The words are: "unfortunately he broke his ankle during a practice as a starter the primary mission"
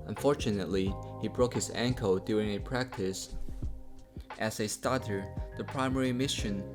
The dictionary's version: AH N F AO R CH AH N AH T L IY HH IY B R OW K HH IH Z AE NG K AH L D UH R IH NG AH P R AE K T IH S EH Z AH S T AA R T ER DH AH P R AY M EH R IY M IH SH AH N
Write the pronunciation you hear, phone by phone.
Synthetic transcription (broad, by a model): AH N F AO R CH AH N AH T L IY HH IY B R OW K HH IH Z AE NG K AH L D UH R IH NG AH P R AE K T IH S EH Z AH S T AA R T ER DH AH P R AY M EH R IY M IH SH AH N